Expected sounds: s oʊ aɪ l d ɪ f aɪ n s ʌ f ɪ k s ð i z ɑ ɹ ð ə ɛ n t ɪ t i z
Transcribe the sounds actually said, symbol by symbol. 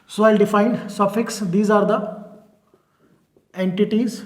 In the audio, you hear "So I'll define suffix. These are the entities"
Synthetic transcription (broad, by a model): s oʊ aɪ l d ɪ f aɪ n s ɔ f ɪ k s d i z ɑ ɹ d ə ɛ n t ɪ t i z